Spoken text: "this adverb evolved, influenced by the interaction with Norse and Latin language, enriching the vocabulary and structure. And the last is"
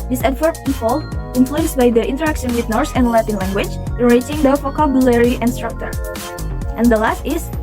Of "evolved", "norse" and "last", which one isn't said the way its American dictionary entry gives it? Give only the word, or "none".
evolved